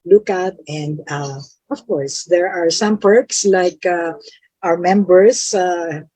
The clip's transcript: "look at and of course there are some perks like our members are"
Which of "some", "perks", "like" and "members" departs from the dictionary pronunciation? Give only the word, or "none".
members